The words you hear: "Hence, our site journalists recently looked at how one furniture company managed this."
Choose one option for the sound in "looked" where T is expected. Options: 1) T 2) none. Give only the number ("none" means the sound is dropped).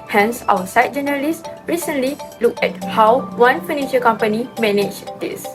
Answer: 2